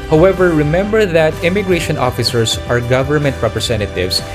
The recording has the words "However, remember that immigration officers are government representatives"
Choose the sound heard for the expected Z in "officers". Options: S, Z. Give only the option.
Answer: S